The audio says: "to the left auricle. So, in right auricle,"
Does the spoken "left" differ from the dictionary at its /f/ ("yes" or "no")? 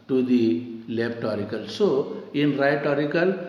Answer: yes